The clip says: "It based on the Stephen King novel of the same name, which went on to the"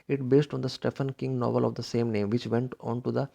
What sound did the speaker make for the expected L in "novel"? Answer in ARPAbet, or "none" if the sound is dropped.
L